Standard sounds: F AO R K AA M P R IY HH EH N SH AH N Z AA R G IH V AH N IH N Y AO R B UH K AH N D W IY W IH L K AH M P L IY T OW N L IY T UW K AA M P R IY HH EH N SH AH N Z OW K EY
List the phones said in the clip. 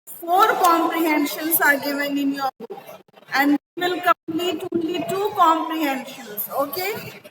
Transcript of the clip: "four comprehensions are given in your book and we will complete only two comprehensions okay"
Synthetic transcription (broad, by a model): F AO R K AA M P R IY HH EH N SH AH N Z AA R G IH V AH N IH N Y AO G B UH AH N D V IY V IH L K AH M P L IY T OW N L IY T UW K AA M P R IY HH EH N SH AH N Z OW K EY